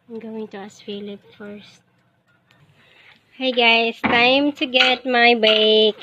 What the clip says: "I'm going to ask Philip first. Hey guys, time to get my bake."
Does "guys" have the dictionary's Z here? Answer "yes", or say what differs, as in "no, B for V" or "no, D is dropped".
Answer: no, S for Z